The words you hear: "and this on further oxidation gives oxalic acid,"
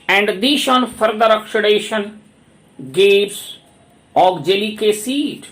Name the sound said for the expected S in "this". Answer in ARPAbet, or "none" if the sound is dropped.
SH